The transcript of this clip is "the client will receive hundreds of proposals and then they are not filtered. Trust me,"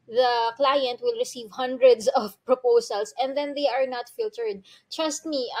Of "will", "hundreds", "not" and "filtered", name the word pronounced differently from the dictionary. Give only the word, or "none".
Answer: hundreds